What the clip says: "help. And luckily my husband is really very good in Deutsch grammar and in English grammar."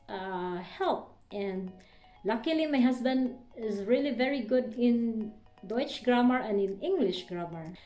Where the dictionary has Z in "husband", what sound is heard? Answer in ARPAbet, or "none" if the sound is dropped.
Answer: S